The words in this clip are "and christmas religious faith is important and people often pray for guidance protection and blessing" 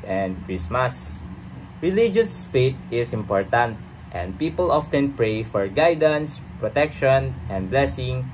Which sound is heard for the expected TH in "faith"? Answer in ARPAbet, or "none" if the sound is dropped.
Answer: T